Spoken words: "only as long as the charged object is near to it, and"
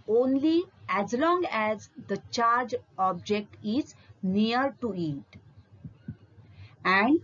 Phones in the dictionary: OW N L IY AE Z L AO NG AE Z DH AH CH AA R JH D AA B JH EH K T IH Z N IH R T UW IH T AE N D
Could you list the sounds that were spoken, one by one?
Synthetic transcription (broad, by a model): OW N L IY AE Z L AO NG AE Z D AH CH AA R JH AA B JH EH K T IH Z N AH R T UW IH T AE N D